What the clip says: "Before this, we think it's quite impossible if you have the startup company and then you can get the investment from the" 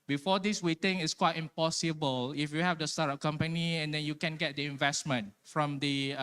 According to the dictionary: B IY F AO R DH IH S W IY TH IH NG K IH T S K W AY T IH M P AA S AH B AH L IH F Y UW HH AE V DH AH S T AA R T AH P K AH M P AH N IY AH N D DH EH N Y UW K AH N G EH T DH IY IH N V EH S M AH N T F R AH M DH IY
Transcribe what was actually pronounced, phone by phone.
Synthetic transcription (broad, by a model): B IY F AO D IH S W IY T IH NG IH T S K W AY T IH M P AA S AH B AH L IH F Y UW HH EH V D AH S T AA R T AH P K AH M P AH N IY AH N D EH N Y UW K AH N G EH T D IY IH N V EH S M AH N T F R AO M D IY